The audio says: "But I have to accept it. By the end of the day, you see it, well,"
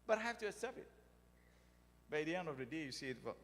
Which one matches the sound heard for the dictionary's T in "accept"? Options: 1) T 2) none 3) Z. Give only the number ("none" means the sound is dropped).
2